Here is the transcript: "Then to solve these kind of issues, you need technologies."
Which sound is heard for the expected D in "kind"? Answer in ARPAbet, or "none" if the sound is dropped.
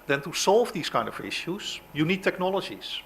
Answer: D